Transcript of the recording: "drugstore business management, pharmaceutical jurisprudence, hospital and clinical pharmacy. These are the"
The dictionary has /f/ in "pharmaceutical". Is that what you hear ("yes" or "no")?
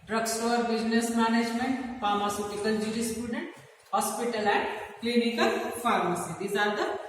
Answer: no